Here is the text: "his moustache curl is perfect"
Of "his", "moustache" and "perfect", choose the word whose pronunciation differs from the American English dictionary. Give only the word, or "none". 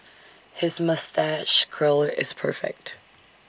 none